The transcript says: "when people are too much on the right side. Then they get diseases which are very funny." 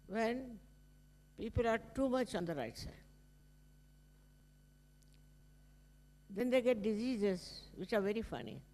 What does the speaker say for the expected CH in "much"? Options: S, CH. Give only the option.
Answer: CH